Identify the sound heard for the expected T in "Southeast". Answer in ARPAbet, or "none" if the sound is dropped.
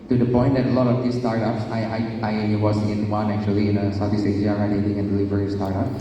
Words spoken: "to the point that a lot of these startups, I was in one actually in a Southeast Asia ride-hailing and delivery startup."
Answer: none